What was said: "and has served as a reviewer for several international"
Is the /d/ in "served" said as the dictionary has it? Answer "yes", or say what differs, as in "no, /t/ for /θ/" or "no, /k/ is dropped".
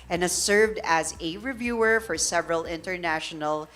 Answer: yes